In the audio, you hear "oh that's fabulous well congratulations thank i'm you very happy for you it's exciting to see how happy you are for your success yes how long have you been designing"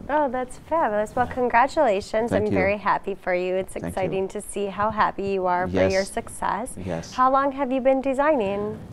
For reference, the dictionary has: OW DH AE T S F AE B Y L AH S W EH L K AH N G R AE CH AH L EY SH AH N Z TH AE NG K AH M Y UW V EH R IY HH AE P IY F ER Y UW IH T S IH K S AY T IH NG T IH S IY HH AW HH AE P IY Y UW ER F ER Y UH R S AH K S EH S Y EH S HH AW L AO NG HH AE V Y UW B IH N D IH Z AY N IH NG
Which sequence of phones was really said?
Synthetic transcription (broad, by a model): OW DH AE T S F AE B Y L AH S W EH L K AH N G R AE CH AH L EY SH AH N Z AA AH M V EH R IY HH AE P IY F ER Y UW IH T S IH K S AY T IH NG T IH S IY HH AW HH AE P IY Y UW ER F ER Y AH R S AH K S EH S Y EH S HH AW L AO NG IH V Y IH B IH N D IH Z AY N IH NG